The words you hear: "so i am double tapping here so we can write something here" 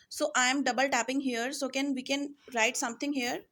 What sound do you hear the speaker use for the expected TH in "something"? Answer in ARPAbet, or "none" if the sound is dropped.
T